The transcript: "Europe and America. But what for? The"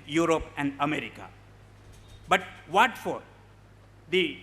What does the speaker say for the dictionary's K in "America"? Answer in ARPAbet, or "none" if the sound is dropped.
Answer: K